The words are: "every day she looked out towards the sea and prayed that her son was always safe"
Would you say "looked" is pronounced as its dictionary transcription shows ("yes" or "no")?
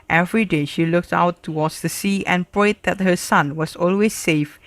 yes